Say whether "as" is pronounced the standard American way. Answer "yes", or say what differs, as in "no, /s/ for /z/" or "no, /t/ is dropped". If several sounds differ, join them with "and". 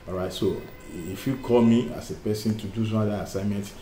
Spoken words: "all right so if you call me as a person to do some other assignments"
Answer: no, /s/ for /z/